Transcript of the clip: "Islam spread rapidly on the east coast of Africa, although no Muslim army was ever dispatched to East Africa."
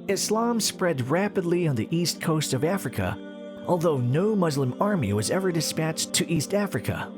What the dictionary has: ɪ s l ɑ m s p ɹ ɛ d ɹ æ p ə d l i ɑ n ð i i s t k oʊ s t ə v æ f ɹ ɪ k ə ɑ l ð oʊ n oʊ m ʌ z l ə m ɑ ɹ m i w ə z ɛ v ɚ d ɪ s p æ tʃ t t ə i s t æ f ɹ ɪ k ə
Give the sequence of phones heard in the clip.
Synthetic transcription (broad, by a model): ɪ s l ɑ m s p ɹ ɛ d ɹ æ p ə d l i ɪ n ð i i s t k oʊ s t ə v æ f ɹ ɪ k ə ɑ l ð oʊ n oʊ m ʌ z l ə m ɑ ɹ m i w ə z ɛ v ɚ d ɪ s p æ tʃ t t i s t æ f ɹ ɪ k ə